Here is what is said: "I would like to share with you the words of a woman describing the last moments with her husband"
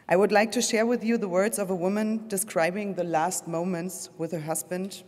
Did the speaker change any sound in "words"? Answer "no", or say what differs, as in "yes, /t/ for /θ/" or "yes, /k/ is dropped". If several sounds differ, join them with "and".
no